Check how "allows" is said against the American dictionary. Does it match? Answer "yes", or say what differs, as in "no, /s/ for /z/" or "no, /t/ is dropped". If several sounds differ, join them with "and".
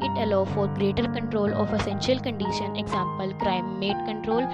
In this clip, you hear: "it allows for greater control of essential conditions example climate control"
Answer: no, /z/ is dropped